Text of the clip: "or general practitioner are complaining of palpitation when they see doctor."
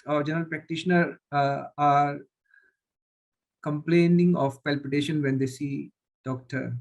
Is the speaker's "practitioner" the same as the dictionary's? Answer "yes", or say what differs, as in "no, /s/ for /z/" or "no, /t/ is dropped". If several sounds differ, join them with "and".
yes